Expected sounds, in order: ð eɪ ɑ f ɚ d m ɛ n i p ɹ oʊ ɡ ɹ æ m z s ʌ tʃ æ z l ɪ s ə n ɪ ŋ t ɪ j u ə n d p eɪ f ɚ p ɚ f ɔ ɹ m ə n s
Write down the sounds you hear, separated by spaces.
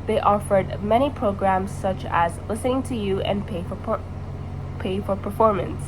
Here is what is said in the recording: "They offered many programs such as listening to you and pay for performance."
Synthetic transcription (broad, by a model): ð eɪ ɑ f ɚ d m ɛ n i p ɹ oʊ ɡ ɹ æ m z s ʌ tʃ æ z l ɪ s ə n ɪ ŋ t ɪ j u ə n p p eɪ f ɚ p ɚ f ɔ ɹ m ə n s